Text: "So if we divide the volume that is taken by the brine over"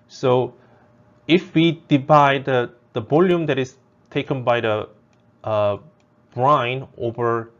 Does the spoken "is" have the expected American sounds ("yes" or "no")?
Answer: no